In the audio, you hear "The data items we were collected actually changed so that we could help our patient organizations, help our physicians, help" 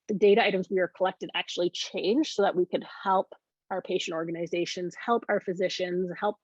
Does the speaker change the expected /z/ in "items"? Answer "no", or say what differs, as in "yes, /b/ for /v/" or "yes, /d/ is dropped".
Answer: no